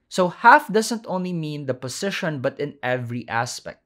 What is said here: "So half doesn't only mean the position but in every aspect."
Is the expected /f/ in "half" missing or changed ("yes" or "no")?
no